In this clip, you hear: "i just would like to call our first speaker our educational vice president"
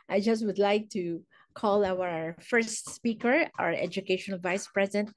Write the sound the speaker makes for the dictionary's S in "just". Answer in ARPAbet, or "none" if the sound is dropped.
S